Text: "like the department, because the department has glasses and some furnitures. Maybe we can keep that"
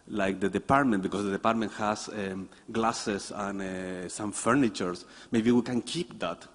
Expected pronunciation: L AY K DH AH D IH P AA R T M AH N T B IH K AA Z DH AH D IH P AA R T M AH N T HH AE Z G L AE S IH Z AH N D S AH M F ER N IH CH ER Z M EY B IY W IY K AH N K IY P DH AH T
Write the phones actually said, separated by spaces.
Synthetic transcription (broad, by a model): L AY K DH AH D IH P AA R T M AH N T B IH K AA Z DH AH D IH P AA R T M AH N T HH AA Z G L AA S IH S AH N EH S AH M F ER N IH CH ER S M EY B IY W IY K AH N K IY P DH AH T